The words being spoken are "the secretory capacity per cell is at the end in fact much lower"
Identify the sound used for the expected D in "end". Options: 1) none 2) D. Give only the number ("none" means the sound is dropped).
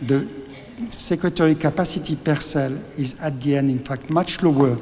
2